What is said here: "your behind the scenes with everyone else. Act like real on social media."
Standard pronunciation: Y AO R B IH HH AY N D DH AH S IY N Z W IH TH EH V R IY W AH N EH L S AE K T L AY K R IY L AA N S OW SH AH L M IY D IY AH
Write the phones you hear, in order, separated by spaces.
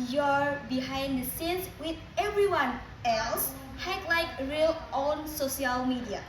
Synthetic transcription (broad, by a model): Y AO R B IH HH AY N D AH S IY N S W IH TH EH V R IY W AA N EH L S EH T L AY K R IY L AA N S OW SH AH L M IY D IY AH